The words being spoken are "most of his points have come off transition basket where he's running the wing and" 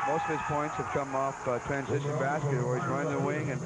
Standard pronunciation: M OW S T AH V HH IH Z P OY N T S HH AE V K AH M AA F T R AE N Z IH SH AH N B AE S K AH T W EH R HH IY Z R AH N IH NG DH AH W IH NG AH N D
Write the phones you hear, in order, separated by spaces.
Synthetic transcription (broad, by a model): M OW S T AH V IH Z P OY N T S HH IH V K AH M AA F T R AE N Z IH SH AH N B AE S K AH T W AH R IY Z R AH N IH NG DH AH W IH NG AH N